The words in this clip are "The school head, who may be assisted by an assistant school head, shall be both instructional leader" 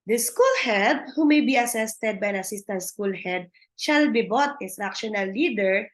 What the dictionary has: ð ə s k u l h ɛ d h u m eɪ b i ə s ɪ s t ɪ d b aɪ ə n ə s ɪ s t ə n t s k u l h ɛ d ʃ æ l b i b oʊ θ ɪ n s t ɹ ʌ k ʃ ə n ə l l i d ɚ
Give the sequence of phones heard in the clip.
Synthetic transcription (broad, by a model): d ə s k u l h ɛ d h u m eɪ b i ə s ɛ s t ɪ d b aɪ ə n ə s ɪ s t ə n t s k u l h ɛ d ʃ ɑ l b i b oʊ t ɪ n s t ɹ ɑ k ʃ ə n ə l l i d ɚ